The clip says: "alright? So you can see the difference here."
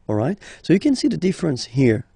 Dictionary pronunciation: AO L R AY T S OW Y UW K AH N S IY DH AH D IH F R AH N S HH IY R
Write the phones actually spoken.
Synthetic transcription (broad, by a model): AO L R AY T S OW Y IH K AH N S IY DH AH D IH F R AH N S HH IY R